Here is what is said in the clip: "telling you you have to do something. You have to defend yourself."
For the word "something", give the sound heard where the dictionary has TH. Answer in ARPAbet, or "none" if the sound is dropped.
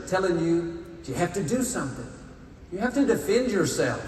TH